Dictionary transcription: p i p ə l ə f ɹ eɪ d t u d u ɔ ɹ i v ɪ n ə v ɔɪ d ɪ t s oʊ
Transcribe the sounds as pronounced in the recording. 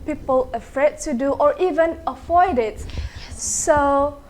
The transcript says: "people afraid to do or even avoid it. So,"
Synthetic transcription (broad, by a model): p i p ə l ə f ɹ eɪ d t u d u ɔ ɹ i v ɪ n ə f ɔɪ d ɪ t s oʊ